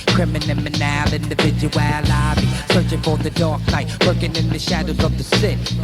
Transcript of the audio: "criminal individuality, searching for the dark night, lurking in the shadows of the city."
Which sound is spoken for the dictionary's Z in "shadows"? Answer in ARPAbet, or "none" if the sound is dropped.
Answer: Z